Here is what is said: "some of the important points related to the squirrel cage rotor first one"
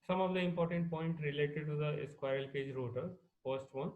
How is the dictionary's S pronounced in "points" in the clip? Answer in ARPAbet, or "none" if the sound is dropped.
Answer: none